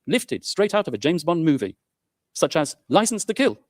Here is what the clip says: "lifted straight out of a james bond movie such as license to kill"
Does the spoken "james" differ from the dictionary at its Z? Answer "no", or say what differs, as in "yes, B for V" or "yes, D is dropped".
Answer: no